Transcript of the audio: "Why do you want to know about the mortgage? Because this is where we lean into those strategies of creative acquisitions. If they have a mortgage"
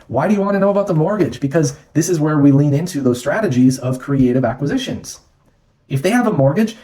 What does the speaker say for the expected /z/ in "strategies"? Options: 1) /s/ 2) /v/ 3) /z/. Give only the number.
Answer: 3